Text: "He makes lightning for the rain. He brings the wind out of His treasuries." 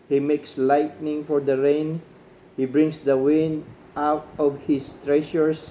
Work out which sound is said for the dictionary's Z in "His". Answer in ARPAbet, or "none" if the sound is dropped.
S